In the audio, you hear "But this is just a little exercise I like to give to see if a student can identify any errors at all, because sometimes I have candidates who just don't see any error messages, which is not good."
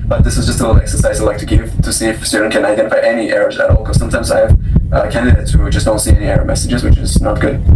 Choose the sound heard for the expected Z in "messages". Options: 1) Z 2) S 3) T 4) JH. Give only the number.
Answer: 1